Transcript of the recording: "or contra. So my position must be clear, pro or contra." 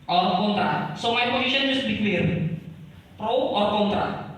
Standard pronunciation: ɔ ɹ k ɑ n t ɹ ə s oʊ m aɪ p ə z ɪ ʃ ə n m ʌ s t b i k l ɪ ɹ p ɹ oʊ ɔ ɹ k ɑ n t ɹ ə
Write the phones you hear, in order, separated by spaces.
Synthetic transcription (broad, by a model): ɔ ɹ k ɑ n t ɹ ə s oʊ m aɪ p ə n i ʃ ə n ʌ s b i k w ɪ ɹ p ɹ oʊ ɔ ɹ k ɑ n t ɹ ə